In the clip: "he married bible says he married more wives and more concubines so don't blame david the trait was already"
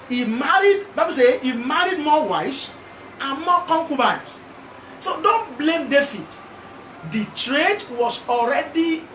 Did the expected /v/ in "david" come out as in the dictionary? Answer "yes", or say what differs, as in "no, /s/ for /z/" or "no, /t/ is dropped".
no, /f/ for /v/